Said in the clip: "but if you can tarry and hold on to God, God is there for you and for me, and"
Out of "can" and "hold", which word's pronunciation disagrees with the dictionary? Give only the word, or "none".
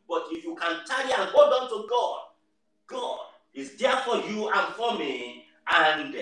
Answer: hold